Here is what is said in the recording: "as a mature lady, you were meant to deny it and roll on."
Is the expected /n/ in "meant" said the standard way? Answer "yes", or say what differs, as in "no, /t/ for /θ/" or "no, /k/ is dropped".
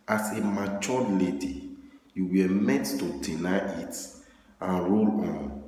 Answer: no, /n/ is dropped